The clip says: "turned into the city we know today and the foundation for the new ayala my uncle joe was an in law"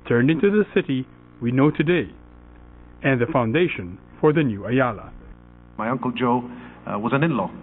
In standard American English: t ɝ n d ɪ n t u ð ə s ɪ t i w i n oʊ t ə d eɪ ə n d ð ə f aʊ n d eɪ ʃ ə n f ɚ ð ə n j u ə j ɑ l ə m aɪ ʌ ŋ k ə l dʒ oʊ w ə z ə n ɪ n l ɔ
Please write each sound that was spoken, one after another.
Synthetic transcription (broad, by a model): t ɝ n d ɪ n t u ð ə s ɪ t i w i n oʊ t ə d eɪ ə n ð ə f aʊ n d eɪ ʃ ə n f ɚ ð ə n j u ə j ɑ l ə m aɪ ʌ ŋ k ə l dʒ oʊ w ə z ə n ɪ n l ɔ